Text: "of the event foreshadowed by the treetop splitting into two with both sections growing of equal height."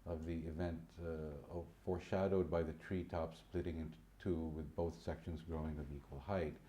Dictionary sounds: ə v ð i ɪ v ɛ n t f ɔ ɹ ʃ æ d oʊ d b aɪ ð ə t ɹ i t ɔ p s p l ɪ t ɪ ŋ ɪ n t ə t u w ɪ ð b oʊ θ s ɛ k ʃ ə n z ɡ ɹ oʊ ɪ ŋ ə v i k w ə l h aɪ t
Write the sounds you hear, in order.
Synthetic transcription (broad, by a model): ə v ð i ɪ v ɛ n t f ɔ ɹ ʃ æ d oʊ d b aɪ ð ə t ɹ i t ɔ p s p l ɪ t ɪ ŋ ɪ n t t u w ɪ ð b oʊ θ s ɛ k ʃ ə n z ɡ ɹ oʊ ɪ ŋ ə v i k w ə l h aɪ t